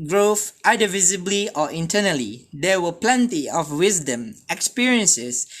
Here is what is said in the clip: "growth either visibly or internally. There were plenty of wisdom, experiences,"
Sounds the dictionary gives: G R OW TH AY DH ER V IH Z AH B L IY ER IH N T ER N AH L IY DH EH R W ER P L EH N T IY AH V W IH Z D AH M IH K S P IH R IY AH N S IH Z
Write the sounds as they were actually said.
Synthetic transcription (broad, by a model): G R OW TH AY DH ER V IH Z AH B L IY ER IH N T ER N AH L IY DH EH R W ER P L EH N T IY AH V W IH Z D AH M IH K S P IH R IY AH N S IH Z